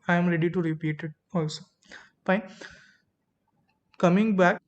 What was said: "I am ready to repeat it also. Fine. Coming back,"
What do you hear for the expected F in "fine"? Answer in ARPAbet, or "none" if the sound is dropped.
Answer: P